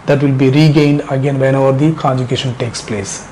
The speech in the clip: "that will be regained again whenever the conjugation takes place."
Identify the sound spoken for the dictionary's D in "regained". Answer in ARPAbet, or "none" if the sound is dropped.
D